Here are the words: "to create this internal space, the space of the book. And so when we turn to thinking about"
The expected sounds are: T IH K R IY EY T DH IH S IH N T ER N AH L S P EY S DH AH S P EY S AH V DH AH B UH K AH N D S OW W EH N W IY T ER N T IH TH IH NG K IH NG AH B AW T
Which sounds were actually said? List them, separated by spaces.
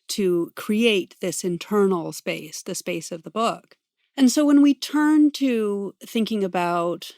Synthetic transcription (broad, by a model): T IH K R IY EY T DH IH S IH N T ER N L S P EY S DH AH S P EY S AH V DH AH B UH K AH N S OW W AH N W IY T ER N T IH TH IH NG K IH NG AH B AW T